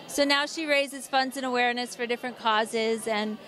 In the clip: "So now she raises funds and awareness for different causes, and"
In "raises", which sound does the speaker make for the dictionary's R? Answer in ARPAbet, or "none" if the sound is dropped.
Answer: R